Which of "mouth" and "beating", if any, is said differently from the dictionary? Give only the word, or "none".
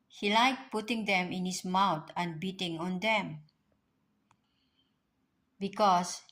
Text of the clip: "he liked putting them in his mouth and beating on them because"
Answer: mouth